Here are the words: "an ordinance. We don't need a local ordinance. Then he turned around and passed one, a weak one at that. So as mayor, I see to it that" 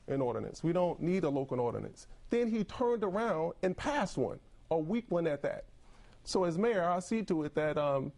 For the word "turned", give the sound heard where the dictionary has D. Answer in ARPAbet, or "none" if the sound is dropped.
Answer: D